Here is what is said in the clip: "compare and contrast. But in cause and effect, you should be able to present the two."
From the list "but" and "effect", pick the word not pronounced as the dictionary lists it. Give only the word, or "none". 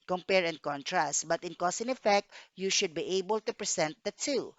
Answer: none